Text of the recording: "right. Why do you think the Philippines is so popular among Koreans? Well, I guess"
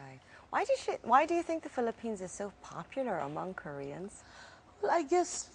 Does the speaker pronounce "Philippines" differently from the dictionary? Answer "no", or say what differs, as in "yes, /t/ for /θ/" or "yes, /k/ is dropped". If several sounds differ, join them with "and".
no